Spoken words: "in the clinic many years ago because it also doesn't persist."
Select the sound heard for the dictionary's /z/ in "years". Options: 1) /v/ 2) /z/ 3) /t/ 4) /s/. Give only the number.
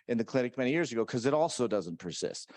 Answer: 2